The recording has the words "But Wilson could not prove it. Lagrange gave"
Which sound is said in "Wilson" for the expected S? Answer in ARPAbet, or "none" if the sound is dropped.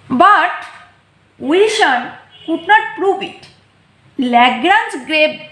SH